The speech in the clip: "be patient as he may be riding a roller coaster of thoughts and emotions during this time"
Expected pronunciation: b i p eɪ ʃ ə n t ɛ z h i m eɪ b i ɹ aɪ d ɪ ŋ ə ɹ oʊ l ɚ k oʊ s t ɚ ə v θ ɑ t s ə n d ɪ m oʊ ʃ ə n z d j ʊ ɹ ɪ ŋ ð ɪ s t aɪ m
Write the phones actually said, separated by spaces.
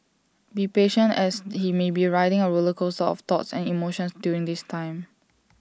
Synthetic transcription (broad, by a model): b i p eɪ ʃ ə n t ɛ s h i m eɪ b i ɹ aɪ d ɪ ŋ ə ɹ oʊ l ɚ k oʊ s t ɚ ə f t ɑ t s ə n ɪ m oʊ ʃ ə n s d j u ɹ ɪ ŋ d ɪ s t aɪ m